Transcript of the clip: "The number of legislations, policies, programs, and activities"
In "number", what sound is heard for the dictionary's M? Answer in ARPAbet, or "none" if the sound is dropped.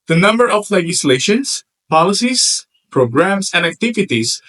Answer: M